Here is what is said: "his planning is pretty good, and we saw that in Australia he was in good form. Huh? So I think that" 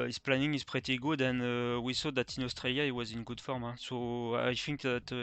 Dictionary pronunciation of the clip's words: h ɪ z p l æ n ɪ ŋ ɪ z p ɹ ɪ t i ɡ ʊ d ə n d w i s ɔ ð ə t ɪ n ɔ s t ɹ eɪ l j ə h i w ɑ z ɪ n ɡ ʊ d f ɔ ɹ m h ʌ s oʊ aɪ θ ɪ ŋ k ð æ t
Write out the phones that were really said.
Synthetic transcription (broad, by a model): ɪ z p l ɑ n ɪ ŋ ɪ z p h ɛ t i ɡ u d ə n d w i s ɔ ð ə t ɪ n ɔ s t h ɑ l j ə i w ɑ z ɪ n ɡ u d f ɔ ɹ m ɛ s oʊ aɪ f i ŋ k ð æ t